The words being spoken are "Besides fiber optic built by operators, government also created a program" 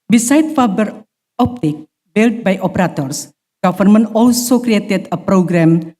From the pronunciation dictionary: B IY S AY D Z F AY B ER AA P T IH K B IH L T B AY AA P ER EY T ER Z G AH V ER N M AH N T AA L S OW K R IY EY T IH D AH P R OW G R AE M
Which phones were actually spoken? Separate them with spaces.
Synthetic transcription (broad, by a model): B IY S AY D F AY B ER AA P T IH K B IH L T B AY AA P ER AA T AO S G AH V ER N M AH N AA L S OW K R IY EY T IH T AH P R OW G R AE M